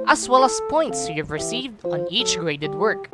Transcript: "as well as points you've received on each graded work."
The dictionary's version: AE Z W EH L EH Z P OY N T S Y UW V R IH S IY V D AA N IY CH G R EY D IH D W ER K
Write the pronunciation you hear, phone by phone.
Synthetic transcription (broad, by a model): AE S W EH L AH S P OY N T S Y UW V R IH S IY V D AA N IY CH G R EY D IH D W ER K